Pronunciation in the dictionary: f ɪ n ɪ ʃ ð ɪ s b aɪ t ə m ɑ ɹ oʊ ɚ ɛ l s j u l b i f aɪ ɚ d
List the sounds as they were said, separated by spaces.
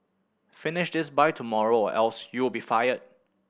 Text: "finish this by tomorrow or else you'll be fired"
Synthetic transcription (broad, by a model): f ɪ n ɪ ʃ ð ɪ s b aɪ t ə m ɑ ɹ oʊ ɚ ɛ l s j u w b i f aɪ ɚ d